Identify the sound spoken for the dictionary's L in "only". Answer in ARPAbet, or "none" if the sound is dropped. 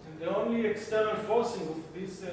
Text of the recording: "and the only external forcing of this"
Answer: L